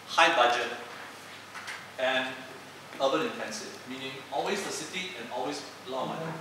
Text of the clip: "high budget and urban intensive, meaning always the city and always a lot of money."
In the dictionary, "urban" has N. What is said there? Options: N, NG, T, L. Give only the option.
L